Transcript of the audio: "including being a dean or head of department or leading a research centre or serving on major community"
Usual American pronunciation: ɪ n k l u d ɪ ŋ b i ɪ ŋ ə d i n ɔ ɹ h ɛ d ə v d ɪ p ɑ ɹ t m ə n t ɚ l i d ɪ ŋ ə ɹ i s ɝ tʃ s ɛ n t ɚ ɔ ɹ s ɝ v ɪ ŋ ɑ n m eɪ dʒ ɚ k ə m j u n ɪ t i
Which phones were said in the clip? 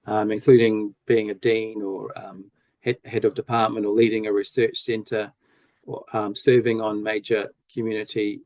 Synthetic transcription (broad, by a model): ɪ n k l u d ɪ ŋ b i ɪ ŋ ə d i n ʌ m h ɛ d ə v d ɪ p ɑ ɹ t m ə n t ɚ l i d ɪ ŋ ə ɹ i s ɝ tʃ s ɛ n t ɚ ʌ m s ɝ v ɪ ŋ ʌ n m eɪ dʒ ɚ k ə m j u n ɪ t i